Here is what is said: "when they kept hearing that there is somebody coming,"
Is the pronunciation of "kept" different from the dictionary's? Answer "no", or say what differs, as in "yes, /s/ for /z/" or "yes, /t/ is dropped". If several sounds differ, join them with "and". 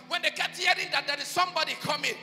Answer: yes, /p/ is dropped